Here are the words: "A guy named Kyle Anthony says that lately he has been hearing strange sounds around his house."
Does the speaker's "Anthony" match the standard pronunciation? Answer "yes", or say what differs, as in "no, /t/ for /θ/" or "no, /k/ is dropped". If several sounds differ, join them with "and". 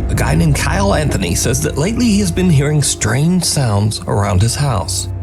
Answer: yes